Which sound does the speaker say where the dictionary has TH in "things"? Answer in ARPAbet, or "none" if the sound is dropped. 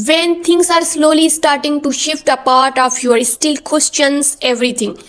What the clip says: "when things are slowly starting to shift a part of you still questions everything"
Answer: T